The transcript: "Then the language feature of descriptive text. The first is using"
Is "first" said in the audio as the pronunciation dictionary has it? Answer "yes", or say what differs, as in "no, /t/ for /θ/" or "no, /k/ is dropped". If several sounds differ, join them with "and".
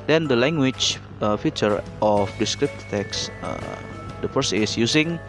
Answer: no, /t/ is dropped